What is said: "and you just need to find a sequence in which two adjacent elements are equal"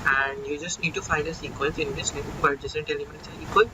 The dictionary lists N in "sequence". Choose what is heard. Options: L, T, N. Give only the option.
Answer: L